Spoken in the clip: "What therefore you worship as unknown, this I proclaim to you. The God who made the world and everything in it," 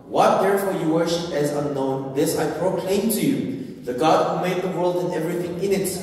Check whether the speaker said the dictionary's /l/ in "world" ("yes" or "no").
yes